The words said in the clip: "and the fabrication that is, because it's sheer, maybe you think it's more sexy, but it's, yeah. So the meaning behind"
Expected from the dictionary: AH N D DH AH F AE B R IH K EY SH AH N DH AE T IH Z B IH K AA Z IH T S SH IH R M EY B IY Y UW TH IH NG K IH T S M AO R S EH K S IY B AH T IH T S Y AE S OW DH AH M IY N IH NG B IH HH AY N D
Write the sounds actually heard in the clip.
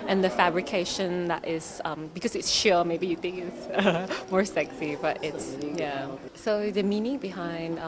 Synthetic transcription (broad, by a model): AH N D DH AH F AE B R IH K EY SH AH N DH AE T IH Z B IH K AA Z IH T S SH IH M EY B IY Y UW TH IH NG K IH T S M AO R S EH K S IY B AH T IH T S Y AE S OW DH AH M IY N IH B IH HH AY N D